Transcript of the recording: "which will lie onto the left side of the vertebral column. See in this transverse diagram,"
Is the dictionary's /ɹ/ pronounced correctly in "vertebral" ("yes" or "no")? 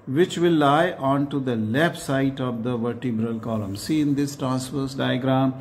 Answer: yes